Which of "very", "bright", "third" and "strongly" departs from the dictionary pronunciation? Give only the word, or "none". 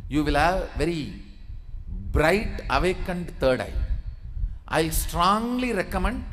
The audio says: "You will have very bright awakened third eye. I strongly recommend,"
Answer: third